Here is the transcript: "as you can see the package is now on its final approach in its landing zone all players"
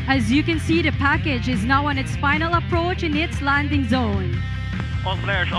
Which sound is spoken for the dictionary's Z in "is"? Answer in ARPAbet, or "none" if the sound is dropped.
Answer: Z